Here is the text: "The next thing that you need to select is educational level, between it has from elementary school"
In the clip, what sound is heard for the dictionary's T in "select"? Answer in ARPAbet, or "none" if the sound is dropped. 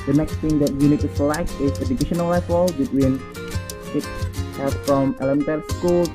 none